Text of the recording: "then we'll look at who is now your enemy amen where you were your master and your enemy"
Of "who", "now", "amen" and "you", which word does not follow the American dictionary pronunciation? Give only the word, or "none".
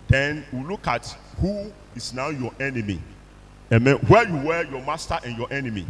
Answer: none